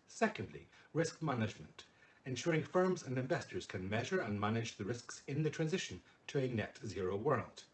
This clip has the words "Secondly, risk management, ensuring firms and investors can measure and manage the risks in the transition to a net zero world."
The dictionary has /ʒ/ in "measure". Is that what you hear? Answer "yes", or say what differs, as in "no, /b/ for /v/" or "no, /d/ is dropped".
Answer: yes